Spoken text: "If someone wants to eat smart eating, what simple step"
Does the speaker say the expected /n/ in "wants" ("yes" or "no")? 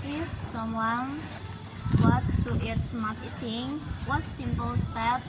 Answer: no